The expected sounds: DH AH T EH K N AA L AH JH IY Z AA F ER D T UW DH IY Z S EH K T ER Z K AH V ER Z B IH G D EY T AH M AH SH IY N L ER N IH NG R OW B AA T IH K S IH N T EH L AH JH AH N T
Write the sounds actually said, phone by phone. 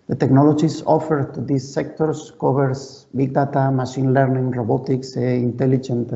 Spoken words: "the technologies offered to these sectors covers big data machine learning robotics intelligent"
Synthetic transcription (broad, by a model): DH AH T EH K N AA L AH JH IY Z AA F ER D T UW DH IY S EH K T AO S K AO B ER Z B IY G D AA T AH M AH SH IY N L ER N IH NG R OW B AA T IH K S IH N T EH L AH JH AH N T